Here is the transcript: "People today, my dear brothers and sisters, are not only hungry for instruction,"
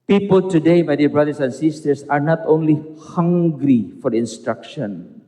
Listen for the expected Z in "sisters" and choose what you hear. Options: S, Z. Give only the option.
S